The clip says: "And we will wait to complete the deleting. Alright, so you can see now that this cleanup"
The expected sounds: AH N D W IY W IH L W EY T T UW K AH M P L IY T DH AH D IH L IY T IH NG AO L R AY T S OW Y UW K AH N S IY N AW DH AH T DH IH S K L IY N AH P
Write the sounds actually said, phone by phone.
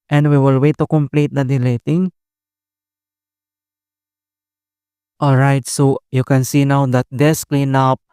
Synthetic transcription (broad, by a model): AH N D W IY W IH L W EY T T UW K AH M P L IY T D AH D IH L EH T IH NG AO L R AY T S OW Y UW K AH N S IY N AW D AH T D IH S K L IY N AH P